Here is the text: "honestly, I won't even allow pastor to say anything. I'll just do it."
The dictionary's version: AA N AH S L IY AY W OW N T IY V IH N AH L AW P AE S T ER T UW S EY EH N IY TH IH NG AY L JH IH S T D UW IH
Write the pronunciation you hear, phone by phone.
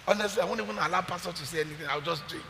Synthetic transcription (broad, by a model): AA N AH S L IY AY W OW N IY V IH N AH L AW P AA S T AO T UW S EY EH N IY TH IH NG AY W JH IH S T D UW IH